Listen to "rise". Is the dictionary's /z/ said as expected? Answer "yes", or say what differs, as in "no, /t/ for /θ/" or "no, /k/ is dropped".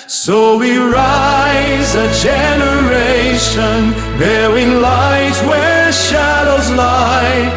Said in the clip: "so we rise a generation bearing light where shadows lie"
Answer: yes